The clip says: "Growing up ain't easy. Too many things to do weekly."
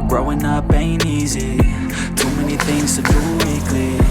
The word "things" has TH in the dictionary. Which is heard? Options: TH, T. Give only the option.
TH